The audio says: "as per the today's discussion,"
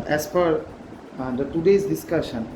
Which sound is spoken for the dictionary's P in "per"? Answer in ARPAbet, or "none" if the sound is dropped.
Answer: F